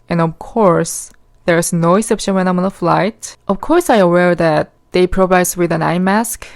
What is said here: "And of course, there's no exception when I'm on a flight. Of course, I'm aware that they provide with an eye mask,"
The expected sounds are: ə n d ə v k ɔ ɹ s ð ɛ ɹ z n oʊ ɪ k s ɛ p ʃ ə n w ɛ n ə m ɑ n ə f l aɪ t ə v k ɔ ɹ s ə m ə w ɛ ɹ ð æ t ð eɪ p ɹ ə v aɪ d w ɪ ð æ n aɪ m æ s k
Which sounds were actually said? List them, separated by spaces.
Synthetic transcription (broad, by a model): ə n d ə v k ɔ ɹ s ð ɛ ɹ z n oʊ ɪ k s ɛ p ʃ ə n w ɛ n ə m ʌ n ə f l aɪ t ə v k ɔ ɹ s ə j ə w ɛ ɹ ð æ t ð eɪ p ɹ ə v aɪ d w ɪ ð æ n aɪ m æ s k